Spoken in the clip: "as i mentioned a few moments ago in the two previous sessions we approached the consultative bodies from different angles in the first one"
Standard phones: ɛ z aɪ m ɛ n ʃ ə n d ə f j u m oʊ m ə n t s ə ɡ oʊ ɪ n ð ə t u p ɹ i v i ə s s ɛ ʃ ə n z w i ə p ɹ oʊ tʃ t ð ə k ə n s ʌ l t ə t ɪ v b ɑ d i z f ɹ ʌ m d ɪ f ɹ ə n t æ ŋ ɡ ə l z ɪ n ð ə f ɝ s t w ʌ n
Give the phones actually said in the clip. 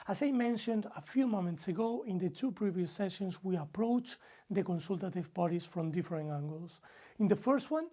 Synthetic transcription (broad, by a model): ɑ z aɪ m ɛ n ʃ ə n d ə f j u m oʊ m ə n t s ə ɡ oʊ ɪ n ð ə t u p ɹ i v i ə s s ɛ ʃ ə n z w i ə p ɹ oʊ tʃ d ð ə k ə n s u l t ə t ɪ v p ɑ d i s f ɹ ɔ m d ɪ f ɹ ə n æ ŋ ɡ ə l s ɪ n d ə f ɝ s t w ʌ n